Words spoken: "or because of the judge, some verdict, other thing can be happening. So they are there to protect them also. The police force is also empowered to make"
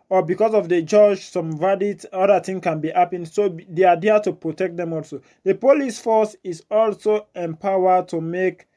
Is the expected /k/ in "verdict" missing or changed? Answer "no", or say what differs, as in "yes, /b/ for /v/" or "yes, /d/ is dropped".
yes, /k/ is dropped